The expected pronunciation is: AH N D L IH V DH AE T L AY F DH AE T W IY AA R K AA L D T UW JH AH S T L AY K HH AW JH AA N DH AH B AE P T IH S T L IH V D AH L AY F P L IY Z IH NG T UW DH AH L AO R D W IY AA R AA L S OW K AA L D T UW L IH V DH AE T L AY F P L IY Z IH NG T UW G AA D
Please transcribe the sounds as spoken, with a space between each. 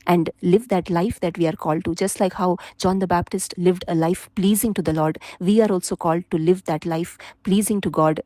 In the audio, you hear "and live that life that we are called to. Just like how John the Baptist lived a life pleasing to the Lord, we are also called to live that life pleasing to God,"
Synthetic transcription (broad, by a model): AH N D L IH V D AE T L AY F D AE T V IY AA R K AA L D T UW JH AH S T L AY K HH AW JH AA N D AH B AE P T IH S T L IH V D AH L AY F P L IY Z IH NG T UW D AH L AO R D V IY AA R AA L S OW K AA L D T UW L IH V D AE T L AY F P L IY Z IH NG T UW G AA D